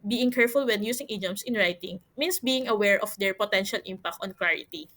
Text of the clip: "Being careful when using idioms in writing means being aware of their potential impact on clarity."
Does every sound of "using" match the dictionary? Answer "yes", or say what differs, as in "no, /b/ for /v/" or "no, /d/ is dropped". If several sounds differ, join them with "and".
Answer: no, /s/ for /z/